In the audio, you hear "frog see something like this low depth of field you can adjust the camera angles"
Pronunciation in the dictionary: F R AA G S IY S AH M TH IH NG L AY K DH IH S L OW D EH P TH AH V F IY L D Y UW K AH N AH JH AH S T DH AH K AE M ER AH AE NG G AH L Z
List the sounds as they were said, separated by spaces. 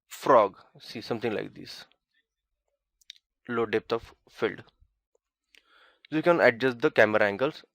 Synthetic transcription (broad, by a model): F R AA G S IY S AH M T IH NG L AY K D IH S L OW D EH P T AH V F IY L D Y UW K AH N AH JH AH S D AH K AE M ER AH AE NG G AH L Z